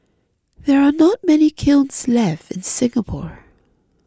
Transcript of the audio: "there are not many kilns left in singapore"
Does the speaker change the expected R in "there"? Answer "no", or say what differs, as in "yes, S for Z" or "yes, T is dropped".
no